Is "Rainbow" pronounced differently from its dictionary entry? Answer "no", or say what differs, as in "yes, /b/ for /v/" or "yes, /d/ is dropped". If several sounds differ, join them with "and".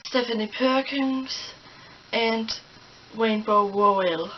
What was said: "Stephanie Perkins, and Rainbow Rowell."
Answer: yes, /w/ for /ɹ/